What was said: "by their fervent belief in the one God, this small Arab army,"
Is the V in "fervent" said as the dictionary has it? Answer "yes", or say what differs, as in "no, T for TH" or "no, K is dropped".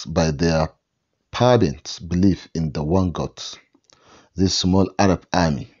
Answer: no, B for V